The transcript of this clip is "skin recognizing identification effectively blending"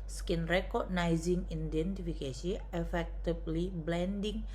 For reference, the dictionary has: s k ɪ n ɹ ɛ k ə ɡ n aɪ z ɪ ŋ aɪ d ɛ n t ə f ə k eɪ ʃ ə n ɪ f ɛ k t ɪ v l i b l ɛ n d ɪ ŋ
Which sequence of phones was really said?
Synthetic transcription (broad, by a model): s k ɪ n ɹ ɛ k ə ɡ n aɪ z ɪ ŋ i d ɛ n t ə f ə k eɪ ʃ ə ɪ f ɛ k t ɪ b l i b l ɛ n d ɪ ŋ